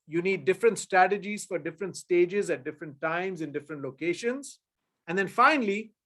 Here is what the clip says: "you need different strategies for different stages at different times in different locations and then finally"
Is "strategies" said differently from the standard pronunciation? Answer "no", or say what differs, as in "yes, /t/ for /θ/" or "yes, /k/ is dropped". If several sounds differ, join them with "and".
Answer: no